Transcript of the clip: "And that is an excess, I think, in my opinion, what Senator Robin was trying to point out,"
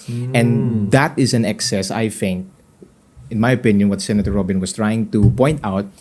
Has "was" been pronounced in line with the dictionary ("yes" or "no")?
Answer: no